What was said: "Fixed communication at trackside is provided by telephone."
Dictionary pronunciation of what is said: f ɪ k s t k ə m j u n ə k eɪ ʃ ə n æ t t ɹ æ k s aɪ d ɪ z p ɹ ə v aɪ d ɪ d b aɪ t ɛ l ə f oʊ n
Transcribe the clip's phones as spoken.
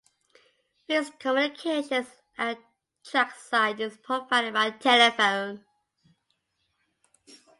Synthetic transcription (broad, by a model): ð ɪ s k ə m j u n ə k eɪ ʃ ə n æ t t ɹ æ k s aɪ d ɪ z p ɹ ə p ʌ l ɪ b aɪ t ɛ l ə f oʊ n